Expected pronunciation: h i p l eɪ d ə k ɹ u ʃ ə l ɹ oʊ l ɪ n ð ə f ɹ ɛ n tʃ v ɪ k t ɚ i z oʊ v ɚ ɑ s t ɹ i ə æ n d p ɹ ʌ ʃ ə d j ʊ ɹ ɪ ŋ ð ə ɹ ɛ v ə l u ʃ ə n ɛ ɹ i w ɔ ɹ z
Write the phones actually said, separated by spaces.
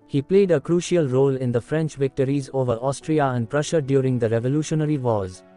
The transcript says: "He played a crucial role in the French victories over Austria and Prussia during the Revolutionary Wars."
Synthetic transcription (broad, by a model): h i p l eɪ d ə k ɹ u ʃ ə l ɹ oʊ l ɪ n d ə f ɹ ɛ n tʃ v ɪ k t ɚ i z oʊ v ɚ ɑ s t ɹ i ə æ n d p ɹ ʌ ʃ ə d j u ɹ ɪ ŋ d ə ɹ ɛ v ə l u ʃ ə n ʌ ɹ i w ɔ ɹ z